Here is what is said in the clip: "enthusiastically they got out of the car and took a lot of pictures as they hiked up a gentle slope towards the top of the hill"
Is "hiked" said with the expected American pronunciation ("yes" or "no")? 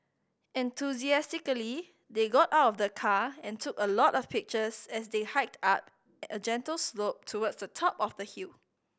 yes